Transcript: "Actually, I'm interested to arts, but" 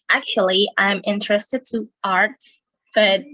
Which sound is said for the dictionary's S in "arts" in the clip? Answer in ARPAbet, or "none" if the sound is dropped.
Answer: none